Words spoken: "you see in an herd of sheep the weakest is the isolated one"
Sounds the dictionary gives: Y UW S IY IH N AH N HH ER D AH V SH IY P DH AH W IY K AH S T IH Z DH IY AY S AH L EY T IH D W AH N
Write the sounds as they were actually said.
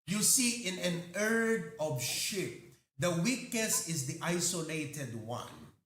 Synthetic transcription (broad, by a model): Y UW S IY IH N AH N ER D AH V SH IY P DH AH W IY K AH S IH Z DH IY AY S AH L EY T IH D W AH N